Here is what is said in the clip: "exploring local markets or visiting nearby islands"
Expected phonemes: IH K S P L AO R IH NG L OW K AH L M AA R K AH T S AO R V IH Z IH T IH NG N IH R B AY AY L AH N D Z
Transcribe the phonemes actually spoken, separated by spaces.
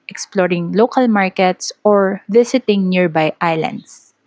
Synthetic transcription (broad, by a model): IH K S P L AO R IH NG L OW K AH L M AA R K AH T S AO R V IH S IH T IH NG N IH R B AY AY L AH N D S